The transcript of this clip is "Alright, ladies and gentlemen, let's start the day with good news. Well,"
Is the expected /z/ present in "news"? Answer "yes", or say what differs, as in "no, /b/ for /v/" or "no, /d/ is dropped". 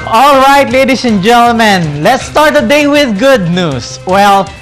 no, /s/ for /z/